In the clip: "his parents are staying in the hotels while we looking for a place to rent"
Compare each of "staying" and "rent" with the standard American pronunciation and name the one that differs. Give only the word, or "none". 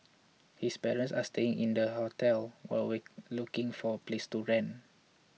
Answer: rent